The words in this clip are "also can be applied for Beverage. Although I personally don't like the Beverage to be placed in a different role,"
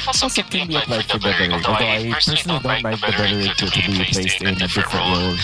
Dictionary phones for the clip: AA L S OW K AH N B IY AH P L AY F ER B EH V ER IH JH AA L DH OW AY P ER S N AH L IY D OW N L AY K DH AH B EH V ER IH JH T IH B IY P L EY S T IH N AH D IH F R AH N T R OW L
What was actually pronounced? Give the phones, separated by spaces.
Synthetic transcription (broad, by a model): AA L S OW K AH N B IY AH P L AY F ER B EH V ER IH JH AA DH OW AY P ER S N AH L IY D OW N L AY K DH AH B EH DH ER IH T T IH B IY P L EY S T IH N AH D IH F R AH N T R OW L